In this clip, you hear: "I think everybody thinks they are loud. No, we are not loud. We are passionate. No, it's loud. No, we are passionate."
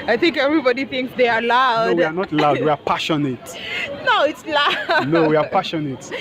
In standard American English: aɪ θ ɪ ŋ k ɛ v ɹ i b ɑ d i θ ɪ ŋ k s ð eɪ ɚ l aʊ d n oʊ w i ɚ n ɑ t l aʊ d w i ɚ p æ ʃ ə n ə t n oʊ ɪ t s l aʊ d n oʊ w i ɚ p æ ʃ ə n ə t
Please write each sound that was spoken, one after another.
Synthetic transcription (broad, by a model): aɪ θ ɪ ŋ k ɛ v ɹ i b ɑ d i θ ɪ ŋ k s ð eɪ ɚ l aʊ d w i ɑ n ɑ t l aʊ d w i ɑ p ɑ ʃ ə n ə t n oʊ ɪ t s l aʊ n oʊ w i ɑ p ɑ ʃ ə n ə t